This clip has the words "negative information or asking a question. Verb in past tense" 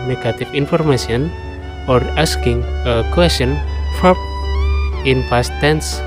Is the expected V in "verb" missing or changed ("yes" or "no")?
yes